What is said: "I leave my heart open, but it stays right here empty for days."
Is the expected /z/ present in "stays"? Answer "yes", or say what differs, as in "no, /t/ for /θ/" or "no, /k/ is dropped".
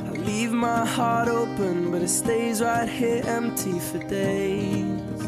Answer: yes